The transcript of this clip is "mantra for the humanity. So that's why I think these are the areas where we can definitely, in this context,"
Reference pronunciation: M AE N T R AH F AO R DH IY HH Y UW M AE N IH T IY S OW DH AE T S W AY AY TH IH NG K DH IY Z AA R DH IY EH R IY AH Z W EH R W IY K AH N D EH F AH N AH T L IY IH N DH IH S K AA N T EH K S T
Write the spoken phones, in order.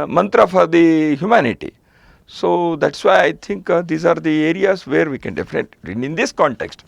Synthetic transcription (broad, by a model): M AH N T R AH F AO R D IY HH Y UW M AE N IH T IY S OW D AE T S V AY AY T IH NG K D IY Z AA R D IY EH R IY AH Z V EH R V IY K AH N D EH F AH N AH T IY IH N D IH S K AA N T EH K S T